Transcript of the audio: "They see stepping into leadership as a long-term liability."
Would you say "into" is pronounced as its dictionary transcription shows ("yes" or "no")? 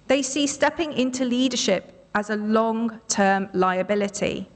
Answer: yes